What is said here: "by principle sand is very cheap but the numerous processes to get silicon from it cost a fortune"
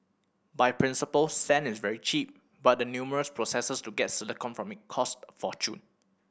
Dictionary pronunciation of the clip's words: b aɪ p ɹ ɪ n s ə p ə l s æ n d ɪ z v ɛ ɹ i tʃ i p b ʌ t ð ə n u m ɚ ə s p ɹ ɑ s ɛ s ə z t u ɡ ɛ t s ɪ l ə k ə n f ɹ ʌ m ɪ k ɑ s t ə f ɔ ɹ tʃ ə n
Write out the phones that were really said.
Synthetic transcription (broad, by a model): b aɪ p ɹ ɪ n s ə p ə l s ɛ n ɪ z v ɛ ɹ i tʃ i p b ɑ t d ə n u m ɚ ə s p ɹ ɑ s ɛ s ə s t u ɡ ɛ t s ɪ l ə k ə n f ɹ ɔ m ɪ k ɑ s t f ɔ tʃ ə n